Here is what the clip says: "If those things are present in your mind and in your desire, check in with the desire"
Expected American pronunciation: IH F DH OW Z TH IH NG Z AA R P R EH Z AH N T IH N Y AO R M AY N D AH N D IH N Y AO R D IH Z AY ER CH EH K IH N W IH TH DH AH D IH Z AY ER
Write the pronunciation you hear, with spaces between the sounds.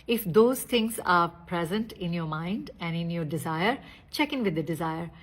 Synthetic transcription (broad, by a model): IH F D OW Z T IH NG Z AA R P R EH Z AH N T IH N Y AO R M AY N D AH N D IH N Y AO R D IH Z AY ER CH EH K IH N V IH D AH D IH Z AY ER